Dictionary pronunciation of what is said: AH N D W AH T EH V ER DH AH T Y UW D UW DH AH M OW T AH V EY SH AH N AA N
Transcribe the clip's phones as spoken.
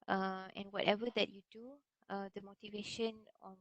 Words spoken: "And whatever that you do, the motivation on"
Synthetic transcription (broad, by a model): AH N W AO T EH V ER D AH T Y UW D UW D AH M OW T AH V EY SH AH N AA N